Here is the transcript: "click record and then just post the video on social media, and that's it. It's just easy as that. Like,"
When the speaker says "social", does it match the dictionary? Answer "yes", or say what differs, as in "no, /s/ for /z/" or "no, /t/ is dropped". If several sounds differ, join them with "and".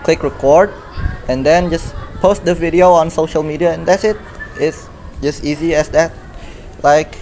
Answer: yes